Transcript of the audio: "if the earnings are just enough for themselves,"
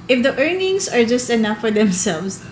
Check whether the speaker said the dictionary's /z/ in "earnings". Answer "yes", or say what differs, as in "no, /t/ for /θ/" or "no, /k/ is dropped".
no, /s/ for /z/